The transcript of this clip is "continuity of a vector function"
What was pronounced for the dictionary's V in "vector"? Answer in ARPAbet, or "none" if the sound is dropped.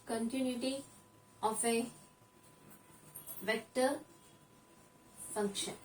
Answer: V